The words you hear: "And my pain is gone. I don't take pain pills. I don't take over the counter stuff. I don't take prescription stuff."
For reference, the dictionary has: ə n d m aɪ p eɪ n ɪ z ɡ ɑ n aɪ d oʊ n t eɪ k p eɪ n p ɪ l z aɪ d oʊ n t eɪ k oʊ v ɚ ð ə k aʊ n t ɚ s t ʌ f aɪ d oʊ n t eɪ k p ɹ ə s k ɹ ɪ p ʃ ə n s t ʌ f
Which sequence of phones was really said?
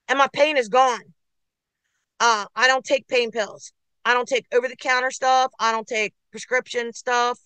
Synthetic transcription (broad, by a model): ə n m aɪ p eɪ n ɪ z ɡ ɑ n aɪ d oʊ n t eɪ k p eɪ n p ɪ l z aɪ d oʊ n t eɪ k oʊ v ɚ ð ə k aʊ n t ɚ s t ʌ f aɪ d oʊ n t eɪ k p ɹ ə s k ɹ ɪ p ʃ ə n s t ʌ f